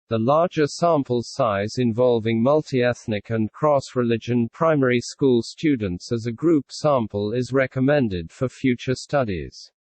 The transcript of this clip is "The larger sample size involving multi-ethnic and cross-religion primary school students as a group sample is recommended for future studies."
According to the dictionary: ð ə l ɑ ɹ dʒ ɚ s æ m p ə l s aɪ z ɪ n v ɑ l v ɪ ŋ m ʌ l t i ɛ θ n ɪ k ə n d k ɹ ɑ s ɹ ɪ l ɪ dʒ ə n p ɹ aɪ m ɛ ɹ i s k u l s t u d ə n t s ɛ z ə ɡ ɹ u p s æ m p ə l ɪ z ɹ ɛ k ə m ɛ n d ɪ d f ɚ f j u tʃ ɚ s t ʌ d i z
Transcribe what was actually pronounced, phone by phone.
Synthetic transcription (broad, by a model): ð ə l ɑ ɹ dʒ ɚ s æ m p ə l s aɪ z ɪ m v ɑ l v ɪ ŋ m ʌ l t i ɛ θ n ɪ k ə n k ɹ ɑ s ɹ ɪ l ɪ dʒ ə n p ɹ aɪ m ɛ ɹ i s k u l s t u d n t s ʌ z ə ɡ ɹ u p s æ m p ə l ɪ z ɹ ɛ k ə m ɛ n d ɪ d f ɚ f j u tʃ ɚ s t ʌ d i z